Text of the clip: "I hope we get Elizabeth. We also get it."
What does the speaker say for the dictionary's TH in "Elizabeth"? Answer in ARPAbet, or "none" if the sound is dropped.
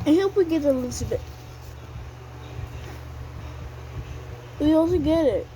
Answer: T